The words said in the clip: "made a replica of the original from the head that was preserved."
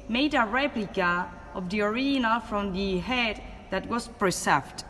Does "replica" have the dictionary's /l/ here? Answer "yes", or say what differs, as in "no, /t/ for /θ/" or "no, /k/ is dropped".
yes